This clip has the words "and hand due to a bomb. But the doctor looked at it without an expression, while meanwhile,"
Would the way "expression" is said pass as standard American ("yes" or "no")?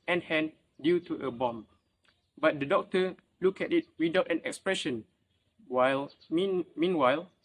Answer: yes